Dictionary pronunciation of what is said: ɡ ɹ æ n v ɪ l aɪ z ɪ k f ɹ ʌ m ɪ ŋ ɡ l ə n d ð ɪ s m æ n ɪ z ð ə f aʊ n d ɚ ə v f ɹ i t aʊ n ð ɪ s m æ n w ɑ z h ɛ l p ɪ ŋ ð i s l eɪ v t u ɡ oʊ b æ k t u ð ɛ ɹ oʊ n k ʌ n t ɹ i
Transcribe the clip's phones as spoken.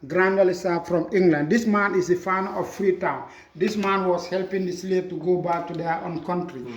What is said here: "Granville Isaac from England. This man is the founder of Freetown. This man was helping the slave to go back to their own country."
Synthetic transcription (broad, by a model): ɡ ɹ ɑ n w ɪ l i s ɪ f ɹ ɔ m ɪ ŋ ɡ l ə n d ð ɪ s m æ n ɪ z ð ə f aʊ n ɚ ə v f ɹ i t aʊ n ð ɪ s m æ n w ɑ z h ɛ l p ɪ ŋ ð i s l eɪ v t u ɡ oʊ b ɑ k t u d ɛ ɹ oʊ n k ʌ n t ɹ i